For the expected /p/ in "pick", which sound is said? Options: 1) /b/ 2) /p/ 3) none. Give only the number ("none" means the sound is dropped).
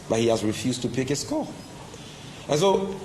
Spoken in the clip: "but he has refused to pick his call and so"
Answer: 2